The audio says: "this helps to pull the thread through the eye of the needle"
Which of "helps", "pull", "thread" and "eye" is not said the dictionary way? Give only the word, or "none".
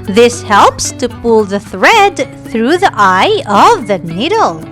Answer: none